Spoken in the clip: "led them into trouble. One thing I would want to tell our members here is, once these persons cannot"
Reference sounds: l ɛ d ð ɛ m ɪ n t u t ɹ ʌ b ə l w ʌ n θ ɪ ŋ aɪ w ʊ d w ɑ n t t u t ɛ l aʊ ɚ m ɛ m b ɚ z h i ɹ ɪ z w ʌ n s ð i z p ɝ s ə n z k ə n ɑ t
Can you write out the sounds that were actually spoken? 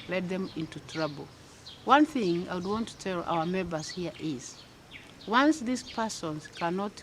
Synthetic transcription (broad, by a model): l ɛ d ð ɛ m ɪ n t u t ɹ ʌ b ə l w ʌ n θ ɪ ŋ aɪ w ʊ d w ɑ n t t u t ɛ l aʊ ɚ m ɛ m b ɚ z h i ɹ ɪ z w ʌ n s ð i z p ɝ s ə n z k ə n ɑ t